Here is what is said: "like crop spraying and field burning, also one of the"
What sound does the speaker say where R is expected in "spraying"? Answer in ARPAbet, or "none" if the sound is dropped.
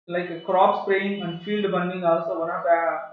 L